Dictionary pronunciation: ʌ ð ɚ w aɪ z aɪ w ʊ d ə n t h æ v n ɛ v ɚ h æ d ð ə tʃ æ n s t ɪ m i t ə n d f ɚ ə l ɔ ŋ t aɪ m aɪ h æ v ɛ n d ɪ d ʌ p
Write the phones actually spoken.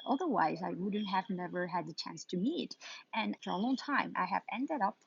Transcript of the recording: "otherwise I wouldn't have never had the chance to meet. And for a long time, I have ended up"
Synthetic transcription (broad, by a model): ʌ ð ɚ w aɪ z aɪ w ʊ d n t h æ v n ɛ v ɚ h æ d ð ə tʃ æ n s t ɪ m i t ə n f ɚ ə l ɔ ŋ t aɪ m aɪ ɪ v ɛ n d ɪ d ʌ p